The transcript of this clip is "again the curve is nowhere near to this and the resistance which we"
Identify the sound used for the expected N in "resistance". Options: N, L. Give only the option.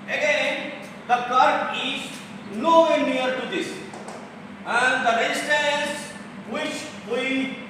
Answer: L